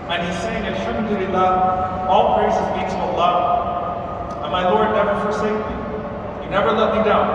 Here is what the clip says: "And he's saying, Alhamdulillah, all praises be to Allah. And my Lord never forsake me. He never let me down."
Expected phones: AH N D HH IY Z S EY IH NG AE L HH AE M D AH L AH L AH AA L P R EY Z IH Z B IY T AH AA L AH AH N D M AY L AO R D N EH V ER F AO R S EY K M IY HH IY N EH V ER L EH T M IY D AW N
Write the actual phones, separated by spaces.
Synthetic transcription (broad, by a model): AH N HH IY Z S EY IH NG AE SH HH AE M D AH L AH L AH AA L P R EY S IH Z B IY S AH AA L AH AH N M AY L AO R D N EH V ER F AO R S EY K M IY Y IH N EH V ER L EH T M IY D AW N